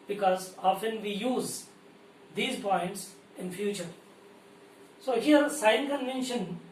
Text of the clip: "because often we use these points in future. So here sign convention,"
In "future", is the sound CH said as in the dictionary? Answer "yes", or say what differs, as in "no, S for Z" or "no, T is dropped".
yes